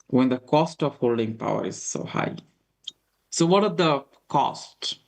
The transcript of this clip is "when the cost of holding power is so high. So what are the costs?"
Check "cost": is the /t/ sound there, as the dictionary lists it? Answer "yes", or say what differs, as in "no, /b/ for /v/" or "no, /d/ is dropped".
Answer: yes